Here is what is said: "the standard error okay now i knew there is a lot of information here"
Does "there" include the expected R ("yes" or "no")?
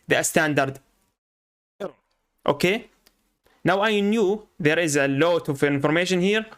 yes